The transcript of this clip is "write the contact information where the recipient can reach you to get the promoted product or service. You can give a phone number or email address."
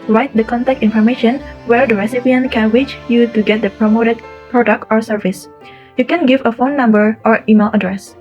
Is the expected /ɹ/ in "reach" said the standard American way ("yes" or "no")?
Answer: no